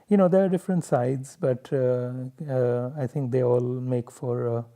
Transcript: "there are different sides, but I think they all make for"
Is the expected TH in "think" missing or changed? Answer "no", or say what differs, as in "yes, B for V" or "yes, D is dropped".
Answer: yes, T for TH